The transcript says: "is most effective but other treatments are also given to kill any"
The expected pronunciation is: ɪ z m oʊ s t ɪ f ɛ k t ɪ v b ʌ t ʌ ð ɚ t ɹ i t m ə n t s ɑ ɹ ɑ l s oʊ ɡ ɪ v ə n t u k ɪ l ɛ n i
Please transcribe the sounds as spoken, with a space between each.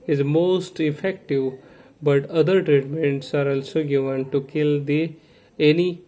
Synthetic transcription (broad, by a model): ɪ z m oʊ s t ɪ f ɛ k t ɪ v b ʌ t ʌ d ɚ t ɹ i t m ə n t s ɑ ɹ ɑ l s oʊ ɡ ɪ v ə n t u k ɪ l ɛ n i